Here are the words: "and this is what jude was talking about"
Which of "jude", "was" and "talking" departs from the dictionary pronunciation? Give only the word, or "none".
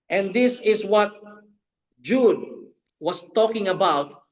was